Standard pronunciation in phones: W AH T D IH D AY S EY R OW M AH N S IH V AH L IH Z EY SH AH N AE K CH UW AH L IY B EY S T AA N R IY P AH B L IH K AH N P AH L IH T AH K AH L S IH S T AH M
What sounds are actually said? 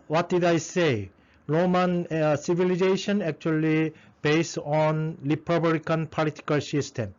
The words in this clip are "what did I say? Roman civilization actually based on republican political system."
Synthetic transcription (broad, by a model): W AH T D IH D AY S EY R OW M AH N S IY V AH L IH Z EY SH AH N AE K CH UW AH L IY B EY S T AA N L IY P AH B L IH K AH N P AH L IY T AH K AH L S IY S T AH M